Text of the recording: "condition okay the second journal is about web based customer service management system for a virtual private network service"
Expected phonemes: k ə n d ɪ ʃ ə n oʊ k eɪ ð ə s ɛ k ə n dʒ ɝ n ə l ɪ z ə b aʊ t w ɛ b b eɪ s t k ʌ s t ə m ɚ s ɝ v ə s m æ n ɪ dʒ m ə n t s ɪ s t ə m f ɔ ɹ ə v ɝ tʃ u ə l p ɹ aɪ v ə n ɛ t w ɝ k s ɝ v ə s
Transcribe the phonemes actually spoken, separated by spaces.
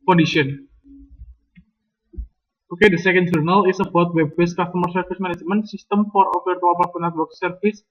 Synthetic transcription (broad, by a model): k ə n d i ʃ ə n oʊ k eɪ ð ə s ɛ k ə n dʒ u n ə l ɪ s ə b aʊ t w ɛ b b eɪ s k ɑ s t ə m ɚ s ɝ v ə s m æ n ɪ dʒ m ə n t s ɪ s t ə m f ɔ ɹ ə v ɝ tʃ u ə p aɪ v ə n ɛ t w ɝ k s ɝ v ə s